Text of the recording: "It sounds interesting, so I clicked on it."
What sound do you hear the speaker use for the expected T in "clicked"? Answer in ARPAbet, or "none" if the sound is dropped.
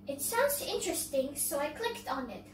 T